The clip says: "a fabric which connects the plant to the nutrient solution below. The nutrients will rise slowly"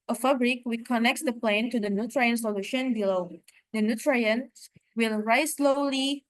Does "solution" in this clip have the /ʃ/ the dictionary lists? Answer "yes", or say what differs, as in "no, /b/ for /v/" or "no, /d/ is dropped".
yes